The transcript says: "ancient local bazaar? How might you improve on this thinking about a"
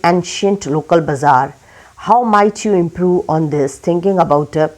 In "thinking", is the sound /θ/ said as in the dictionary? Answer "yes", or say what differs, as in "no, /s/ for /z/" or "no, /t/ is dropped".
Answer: no, /t/ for /θ/